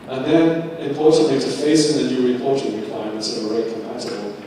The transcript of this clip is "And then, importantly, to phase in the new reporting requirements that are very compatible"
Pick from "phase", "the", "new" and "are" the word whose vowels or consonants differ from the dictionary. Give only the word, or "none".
phase